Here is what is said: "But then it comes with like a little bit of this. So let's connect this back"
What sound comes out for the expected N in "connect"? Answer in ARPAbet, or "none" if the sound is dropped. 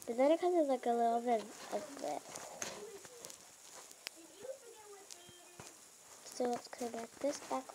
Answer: L